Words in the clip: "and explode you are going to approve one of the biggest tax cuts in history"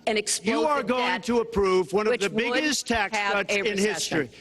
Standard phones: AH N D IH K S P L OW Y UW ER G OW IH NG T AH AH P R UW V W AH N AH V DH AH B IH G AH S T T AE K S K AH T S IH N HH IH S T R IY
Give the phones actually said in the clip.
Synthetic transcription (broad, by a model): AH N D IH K S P Y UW ER G OW IH NG T AH AH P R UW V W AH N AH V DH AH B IH G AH S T T AE K S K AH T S IH N HH IH S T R IY